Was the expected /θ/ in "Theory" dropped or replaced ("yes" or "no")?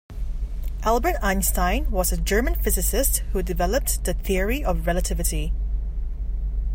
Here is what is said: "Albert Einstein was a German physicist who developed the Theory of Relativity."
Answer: no